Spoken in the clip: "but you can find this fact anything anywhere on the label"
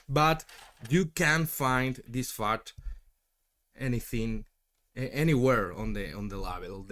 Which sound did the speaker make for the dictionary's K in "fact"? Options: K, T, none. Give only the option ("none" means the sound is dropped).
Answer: none